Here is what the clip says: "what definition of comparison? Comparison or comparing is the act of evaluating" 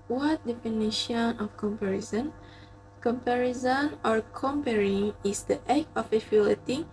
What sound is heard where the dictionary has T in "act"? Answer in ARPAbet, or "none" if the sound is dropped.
none